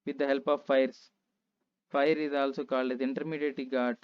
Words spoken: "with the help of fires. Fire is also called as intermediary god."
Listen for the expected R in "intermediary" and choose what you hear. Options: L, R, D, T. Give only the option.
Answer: L